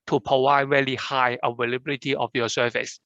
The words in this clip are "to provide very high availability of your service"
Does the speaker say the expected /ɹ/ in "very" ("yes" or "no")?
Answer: no